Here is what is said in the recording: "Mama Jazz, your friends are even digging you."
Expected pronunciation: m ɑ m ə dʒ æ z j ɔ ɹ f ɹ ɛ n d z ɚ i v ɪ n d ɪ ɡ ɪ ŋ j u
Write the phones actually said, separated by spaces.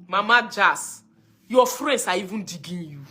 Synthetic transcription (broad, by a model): m ɑ m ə dʒ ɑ s j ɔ f ɹ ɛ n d s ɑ i v ɪ n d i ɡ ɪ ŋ j u